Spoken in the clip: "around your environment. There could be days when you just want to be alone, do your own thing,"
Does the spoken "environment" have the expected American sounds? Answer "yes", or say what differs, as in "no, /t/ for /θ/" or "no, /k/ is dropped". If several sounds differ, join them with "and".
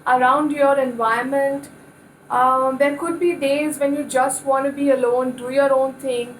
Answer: no, /ɹ/ is dropped